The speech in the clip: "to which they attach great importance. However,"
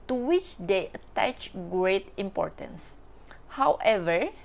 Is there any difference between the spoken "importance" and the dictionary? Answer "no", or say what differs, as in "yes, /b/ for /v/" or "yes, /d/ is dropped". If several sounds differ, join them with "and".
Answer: no